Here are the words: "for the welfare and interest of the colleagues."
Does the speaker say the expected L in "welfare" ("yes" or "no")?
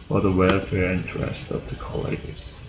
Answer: yes